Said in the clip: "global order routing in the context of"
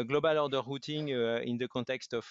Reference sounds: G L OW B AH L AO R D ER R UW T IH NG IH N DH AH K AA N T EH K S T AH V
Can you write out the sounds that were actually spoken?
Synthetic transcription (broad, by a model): G L OW B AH L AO R D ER R UW T IH NG IH N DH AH K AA T EH K S T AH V